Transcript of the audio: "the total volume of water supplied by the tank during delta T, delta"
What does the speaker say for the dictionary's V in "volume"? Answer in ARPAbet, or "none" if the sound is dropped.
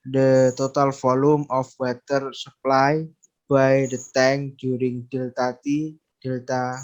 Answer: F